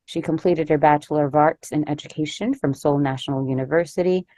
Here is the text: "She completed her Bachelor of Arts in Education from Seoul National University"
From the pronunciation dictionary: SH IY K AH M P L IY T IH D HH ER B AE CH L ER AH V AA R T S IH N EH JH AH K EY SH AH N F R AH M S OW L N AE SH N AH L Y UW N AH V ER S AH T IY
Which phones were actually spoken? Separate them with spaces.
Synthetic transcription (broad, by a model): SH IY K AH M P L IY T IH D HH ER B AE CH L ER AH V AA R T S IH N EH JH AH K EY SH AH N F R AH M S OW L N AE SH N L Y UW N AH V ER S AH T IY